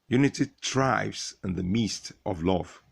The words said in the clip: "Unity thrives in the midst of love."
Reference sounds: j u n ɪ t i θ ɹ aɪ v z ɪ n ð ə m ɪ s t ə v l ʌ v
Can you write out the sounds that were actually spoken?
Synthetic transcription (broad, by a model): j u n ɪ t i t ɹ aɪ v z ɪ n ð ə m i s t ə v l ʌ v